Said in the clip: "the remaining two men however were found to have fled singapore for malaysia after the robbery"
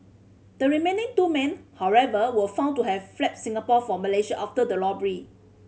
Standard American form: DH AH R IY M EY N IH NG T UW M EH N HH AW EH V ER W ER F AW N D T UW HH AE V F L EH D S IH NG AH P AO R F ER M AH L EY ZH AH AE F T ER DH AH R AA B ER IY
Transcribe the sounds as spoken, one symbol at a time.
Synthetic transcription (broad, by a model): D AH R IY M EY N IH NG T UW M EH N HH AW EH V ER W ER F AW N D T UW HH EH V F L EH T S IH NG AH P AO F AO M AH L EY SH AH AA F T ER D AH L AA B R IY